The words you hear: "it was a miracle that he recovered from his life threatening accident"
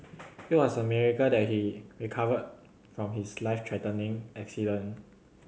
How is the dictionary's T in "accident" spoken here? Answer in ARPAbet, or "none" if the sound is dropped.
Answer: none